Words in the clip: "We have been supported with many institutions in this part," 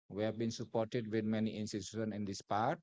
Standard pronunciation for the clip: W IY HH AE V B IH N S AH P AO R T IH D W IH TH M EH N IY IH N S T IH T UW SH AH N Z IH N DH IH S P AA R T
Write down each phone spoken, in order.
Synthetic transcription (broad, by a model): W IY HH AE V B IH N S AH P AO R T IH D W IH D M EH N IY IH N S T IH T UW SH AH N IH N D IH S P AA R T